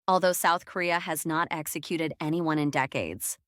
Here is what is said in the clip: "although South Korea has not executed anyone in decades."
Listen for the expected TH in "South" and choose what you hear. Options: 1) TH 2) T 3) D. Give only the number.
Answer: 1